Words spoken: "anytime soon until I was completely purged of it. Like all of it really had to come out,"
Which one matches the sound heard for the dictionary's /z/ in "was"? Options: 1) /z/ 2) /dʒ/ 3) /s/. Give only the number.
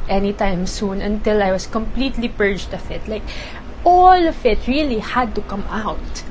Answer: 3